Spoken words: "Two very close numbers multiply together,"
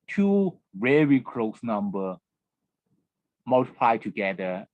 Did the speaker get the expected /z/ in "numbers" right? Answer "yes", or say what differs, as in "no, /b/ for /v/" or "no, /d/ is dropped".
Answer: no, /z/ is dropped